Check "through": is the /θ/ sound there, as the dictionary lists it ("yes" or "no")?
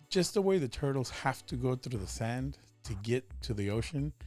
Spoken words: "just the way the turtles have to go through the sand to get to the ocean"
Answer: yes